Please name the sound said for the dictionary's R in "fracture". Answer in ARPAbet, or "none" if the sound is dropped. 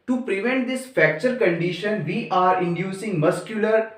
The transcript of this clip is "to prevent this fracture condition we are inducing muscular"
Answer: none